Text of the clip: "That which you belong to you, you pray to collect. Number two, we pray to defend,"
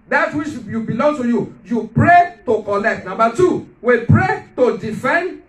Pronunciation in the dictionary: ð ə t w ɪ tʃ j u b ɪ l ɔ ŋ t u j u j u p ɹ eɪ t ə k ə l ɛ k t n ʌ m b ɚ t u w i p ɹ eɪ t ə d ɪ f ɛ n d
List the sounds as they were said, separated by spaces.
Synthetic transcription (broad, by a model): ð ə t w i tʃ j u b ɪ l ɔ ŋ t u j u j u p ɹ eɪ t ə k ə l ɛ k t n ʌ m b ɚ t u w i p ɹ eɪ t ə d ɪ f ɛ n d